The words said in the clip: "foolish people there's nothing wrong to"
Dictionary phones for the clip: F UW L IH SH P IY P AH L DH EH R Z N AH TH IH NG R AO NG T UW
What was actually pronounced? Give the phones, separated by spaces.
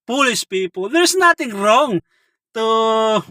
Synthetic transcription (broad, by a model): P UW L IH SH P IY P AH L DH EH R S N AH T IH NG R AO NG T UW